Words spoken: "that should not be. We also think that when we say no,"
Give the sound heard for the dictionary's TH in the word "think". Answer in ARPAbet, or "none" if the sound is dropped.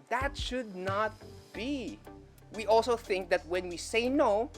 TH